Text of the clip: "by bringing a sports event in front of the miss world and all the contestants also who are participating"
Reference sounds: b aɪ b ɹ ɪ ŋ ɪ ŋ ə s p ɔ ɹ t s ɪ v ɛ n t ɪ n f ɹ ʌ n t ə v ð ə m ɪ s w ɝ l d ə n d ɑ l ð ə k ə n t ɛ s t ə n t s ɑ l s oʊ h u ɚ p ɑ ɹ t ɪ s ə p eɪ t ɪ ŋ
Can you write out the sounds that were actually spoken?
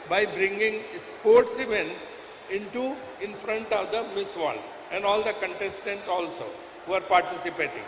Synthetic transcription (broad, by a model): b aɪ b ɹ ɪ ŋ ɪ ŋ s p ɔ ɹ t s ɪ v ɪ n t ɪ n f ɹ ʌ n t ə v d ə m ɪ s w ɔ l ə n d ɑ l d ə k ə n t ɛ s t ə n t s ɑ l s oʊ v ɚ p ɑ ɹ t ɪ s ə p eɪ t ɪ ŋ